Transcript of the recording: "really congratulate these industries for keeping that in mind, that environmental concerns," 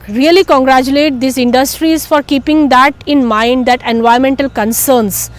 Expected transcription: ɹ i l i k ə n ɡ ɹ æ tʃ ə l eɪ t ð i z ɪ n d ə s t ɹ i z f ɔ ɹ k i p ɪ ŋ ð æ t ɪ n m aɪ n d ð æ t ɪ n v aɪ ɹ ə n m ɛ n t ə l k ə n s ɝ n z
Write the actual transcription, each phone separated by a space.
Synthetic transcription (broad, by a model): ɹ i l i k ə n ɡ ɹ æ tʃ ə l eɪ t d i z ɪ n d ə s t ɹ i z f ɔ ɹ k i p ɪ ŋ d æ t ɪ n m aɪ n d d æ t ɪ n v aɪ ə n m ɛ n t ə l k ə n s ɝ n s